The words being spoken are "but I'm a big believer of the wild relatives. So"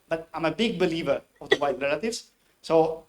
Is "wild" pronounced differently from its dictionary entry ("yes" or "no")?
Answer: yes